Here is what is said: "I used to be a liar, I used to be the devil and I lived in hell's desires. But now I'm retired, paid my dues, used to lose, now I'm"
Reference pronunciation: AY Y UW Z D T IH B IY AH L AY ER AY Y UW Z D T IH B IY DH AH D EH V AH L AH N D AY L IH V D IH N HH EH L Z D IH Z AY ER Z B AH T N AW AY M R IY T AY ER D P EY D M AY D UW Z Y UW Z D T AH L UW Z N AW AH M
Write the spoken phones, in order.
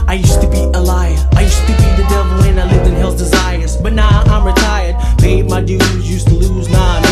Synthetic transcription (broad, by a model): AY Y UW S T IH B IY AH L AY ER AY Y UW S T IH B IY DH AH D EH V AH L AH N AY L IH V IH N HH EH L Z D IH Z AY ER Z B AH T N AW AY M R IY T AY ER D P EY M AY D UW Z Y UW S T AH L UW Z N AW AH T